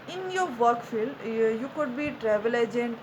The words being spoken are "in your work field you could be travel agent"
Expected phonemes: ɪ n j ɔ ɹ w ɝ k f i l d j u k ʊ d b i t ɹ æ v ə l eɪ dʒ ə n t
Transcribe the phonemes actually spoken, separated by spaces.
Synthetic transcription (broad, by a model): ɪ n j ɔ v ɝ k f i l d j u k ʊ d b i t ɹ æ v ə l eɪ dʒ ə n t